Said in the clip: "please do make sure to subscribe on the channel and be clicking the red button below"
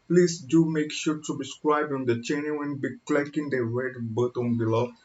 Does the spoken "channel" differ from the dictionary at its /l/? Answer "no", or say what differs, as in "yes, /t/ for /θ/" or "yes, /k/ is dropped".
yes, /w/ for /l/